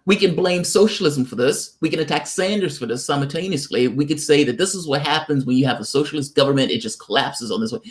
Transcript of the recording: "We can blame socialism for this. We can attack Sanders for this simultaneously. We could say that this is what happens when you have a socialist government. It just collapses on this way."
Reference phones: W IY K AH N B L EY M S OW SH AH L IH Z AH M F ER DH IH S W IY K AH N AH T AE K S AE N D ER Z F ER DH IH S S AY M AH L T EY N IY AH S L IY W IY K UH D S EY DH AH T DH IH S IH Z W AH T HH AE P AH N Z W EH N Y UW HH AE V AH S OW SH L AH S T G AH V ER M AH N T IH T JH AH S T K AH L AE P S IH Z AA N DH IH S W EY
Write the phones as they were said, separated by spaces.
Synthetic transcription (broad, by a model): W IY K AH N B L EY M S OW SH L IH Z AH M F ER DH IH S W IY K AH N AH T AE K S AE N D ER Z F ER DH IH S S AY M L T EY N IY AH S L IY W IY K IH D S EY DH AH T DH IH S IH Z W AH T HH AE P AH N Z W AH N Y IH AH V AH S OW SH L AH S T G AH V ER M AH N T IH T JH AH S K AH L AE P S IH Z N DH IH S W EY